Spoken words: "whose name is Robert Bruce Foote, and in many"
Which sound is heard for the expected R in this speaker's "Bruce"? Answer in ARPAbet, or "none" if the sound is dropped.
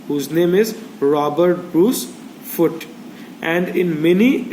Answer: R